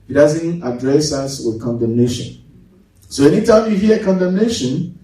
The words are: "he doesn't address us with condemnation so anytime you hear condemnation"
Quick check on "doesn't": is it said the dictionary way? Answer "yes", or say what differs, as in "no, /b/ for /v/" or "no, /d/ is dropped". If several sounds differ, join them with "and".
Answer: yes